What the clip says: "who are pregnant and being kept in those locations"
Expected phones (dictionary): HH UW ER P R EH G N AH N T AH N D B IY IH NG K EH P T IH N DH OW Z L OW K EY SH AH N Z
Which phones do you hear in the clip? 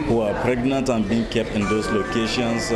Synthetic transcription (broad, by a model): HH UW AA P R EH G N AH N T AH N B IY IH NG K EH P T IH N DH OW S L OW K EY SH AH N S